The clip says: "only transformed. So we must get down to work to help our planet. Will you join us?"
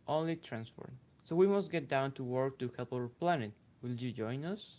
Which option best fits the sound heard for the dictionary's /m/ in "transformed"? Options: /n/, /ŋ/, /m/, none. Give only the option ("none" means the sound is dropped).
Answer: none